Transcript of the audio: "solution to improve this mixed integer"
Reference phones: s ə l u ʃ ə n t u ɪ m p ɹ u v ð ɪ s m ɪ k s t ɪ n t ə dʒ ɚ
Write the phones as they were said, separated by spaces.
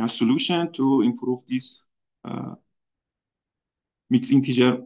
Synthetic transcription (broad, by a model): s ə l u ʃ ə n t u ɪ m p ɹ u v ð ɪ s m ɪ k s ɪ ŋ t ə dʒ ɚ